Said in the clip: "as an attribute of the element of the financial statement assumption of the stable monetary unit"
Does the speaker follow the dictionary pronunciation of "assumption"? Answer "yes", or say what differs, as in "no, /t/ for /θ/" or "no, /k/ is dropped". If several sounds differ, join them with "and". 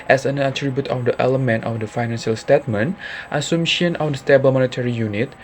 no, /p/ is dropped